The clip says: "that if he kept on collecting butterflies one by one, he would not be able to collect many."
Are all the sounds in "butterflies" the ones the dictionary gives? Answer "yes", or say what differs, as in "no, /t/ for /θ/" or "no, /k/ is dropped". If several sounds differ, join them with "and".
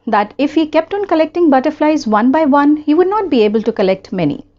yes